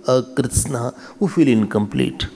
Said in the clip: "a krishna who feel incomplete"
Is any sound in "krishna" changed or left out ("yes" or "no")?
yes